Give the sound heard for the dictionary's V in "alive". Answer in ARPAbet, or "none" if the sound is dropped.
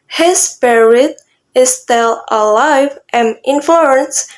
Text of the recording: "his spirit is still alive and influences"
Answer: V